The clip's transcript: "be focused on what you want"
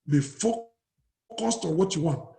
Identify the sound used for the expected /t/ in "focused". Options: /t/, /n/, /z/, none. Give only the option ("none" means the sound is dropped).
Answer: /t/